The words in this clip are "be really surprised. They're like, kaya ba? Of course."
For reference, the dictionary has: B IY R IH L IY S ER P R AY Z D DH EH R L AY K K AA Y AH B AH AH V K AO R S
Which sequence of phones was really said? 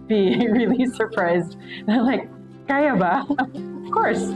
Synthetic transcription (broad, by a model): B IY R IH L IY S ER P R AY Z D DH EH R L AY K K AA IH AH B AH AH V K AO R S